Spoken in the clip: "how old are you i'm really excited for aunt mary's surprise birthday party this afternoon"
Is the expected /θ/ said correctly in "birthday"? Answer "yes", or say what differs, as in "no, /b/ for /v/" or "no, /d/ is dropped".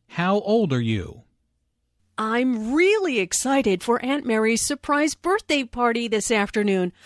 yes